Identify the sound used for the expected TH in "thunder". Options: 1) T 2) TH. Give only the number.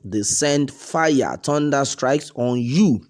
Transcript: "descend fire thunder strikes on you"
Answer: 1